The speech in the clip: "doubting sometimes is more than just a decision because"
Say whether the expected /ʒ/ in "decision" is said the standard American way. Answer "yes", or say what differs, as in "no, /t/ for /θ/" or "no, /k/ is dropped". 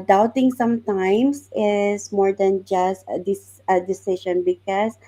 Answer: no, /ʃ/ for /ʒ/